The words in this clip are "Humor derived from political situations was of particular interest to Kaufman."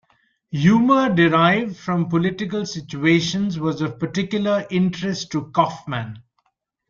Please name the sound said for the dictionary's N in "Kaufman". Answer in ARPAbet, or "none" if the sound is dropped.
N